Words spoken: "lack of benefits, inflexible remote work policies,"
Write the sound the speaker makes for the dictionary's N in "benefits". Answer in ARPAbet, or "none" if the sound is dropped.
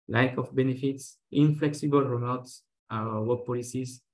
N